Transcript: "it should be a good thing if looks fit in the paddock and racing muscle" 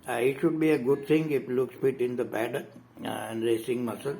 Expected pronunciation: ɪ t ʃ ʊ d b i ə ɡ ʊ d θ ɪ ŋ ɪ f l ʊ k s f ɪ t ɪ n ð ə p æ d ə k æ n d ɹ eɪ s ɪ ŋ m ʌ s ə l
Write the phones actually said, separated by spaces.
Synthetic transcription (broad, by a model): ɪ t ʃ ʊ d b i ə ɡ ʊ d t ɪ ŋ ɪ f l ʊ k s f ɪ t ɪ n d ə b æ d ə æ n d ɹ eɪ s ɪ ŋ m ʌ s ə l